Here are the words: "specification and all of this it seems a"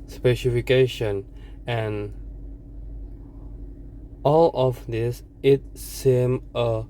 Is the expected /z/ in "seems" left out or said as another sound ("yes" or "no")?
yes